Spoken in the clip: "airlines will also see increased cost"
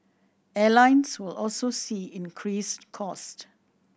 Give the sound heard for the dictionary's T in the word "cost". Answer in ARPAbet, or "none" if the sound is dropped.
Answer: T